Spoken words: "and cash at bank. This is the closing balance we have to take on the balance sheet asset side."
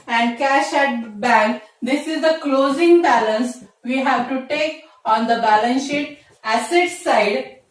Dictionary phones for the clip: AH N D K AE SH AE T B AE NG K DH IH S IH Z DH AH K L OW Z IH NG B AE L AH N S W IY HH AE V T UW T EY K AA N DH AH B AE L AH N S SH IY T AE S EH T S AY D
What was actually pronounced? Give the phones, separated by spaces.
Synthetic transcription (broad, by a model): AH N D K AE SH AE T B AE NG K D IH S IH Z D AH K L OW Z IH NG B AE L AH N S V IY HH AE V T UW T EY K AA N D AH B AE L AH N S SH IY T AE S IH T S AY D